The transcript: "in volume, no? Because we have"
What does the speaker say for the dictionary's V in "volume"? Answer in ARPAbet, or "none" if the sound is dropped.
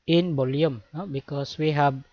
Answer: B